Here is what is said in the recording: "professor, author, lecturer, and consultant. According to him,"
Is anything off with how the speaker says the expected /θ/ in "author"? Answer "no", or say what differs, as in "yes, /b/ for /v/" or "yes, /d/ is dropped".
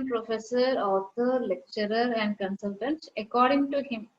yes, /t/ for /θ/